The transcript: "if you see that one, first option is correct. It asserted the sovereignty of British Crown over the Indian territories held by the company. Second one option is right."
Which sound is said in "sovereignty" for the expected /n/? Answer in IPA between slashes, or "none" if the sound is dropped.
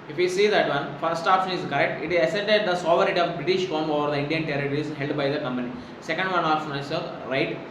none